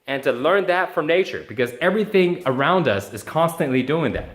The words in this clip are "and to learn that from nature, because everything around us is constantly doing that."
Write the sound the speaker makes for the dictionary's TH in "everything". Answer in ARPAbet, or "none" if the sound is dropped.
TH